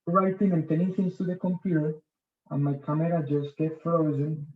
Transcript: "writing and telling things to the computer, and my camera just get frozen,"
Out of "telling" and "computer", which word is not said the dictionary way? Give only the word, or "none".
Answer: telling